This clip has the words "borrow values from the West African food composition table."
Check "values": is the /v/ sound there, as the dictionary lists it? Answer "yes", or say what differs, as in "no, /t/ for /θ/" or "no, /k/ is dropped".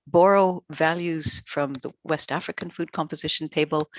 yes